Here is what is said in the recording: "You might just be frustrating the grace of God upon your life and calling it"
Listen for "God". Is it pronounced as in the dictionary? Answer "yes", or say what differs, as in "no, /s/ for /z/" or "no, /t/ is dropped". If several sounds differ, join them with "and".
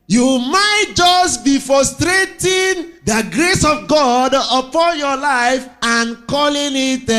yes